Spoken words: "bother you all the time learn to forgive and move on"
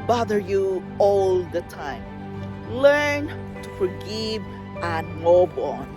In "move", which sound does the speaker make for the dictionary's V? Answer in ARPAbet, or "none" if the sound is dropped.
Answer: B